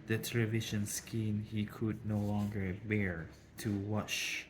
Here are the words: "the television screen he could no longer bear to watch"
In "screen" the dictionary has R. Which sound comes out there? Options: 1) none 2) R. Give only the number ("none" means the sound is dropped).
1